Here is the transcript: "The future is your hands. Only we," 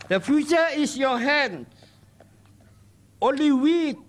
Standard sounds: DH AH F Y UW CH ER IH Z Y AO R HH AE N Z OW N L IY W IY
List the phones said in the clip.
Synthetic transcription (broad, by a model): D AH F Y UW CH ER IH S Y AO HH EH N OW N L IY W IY